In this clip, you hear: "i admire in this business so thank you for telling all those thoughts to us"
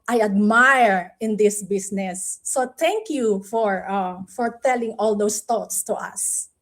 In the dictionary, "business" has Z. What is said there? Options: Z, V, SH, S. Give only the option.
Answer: S